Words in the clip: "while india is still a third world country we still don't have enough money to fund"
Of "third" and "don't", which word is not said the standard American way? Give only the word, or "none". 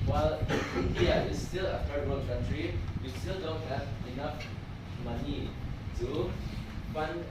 third